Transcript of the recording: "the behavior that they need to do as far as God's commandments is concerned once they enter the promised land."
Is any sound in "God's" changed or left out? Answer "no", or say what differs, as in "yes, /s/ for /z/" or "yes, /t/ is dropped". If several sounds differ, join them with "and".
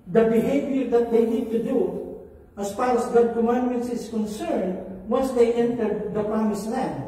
yes, /z/ is dropped